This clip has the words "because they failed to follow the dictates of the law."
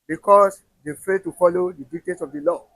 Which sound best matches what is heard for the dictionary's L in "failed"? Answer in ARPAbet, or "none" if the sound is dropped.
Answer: none